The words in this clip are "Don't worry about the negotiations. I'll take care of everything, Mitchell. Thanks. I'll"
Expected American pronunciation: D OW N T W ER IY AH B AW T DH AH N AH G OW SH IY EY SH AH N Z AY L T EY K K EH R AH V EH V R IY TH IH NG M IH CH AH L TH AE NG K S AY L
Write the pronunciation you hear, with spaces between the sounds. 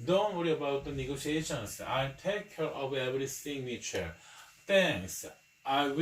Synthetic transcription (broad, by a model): D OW N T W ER IY AH B AW T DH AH N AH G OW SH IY EY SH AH N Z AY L T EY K K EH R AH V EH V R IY S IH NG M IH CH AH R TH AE NG K S AY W